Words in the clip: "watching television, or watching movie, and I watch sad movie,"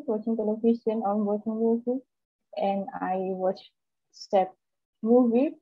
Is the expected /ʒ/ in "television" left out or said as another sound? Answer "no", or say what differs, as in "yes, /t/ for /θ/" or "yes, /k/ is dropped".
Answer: yes, /s/ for /ʒ/